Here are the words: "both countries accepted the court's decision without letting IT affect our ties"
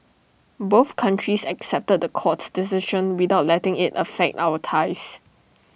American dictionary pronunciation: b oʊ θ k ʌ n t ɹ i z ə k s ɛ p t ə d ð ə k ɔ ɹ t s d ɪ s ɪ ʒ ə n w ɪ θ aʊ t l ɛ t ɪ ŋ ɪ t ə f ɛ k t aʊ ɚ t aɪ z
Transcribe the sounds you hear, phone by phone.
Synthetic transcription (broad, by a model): b oʊ θ k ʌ n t ɹ i s ə k s ɛ p t ə d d ə k ɔ t s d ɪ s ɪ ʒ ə n w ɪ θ aʊ t l ɛ t ɪ ŋ ɪ t ə f ɛ k t aʊ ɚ t aɪ s